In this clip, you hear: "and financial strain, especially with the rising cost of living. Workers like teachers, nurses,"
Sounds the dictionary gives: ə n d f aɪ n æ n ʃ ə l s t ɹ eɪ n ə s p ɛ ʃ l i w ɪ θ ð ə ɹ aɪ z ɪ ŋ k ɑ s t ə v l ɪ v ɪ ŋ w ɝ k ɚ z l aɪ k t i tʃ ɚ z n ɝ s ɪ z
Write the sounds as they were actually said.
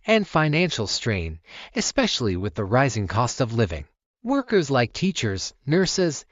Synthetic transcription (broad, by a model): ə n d f aɪ n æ n ʃ l s t ɹ eɪ n ə s p ɛ ʃ l i w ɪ ð ə ɹ aɪ z ɪ ŋ k ɑ s t ə v l ɪ v ɪ ŋ w ɝ k ɚ z l aɪ k t i tʃ ɚ z n ɝ s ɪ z